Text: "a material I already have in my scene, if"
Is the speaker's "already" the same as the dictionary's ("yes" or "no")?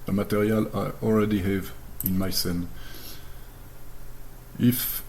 no